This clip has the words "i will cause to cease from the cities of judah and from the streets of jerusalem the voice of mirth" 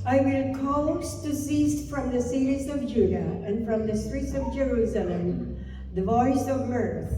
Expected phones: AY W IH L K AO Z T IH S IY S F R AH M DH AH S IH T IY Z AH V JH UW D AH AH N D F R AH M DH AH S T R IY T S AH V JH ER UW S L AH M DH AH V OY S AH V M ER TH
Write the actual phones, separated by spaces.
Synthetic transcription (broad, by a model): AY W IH N K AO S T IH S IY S F R AH M DH AH S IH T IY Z AH V JH UW D AH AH N F R AH M DH AH S T R IY T S AH V JH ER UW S L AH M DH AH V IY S AH V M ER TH